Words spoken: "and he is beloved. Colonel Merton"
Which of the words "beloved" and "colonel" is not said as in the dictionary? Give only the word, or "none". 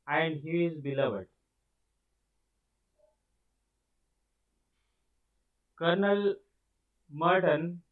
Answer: none